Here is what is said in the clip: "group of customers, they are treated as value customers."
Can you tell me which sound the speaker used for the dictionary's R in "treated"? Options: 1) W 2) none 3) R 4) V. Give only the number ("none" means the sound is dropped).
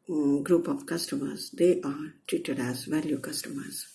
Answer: 2